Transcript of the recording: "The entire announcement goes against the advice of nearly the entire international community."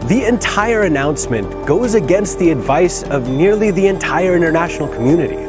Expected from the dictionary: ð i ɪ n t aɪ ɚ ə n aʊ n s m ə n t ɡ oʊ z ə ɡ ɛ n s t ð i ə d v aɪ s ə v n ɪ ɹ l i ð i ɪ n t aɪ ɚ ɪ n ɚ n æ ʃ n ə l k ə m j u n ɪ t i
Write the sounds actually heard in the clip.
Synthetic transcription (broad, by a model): ð i ɪ n t aɪ ɚ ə n aʊ n s m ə n ɡ oʊ z ə ɡ ɛ n s t ð i ə d v aɪ s ə v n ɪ ɹ l i ð i ɪ n t aɪ ɚ ɪ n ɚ n æ ʃ n l k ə m j u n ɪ t i